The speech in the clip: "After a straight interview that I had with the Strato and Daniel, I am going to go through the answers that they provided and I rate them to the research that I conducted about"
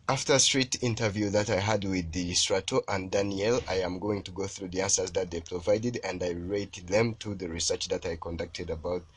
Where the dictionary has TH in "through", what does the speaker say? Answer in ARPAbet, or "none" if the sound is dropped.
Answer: TH